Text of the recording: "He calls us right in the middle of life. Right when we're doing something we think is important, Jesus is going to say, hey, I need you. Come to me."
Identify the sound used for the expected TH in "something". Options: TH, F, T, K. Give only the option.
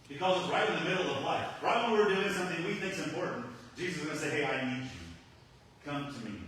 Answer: TH